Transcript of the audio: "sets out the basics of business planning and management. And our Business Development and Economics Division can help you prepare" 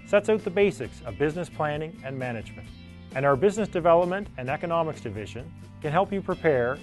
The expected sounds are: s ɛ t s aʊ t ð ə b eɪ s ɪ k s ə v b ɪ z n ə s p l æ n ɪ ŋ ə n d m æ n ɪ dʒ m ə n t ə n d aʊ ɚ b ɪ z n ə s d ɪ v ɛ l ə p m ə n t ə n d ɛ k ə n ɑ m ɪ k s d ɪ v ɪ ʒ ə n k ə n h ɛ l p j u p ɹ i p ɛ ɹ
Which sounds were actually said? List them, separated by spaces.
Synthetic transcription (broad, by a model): s ɛ t s aʊ t ð ə b eɪ s ɪ k s ə v b ɪ z n ə s p l æ n ɪ ŋ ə n m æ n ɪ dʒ m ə n t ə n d aʊ ɚ b ɪ z n ə s d ɪ v ɛ l ə p m ə n t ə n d ɛ k ə n ɑ m ɪ k s d ɪ v ɪ ʒ ə n k ə n h ɛ l p j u p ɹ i p ɛ ɹ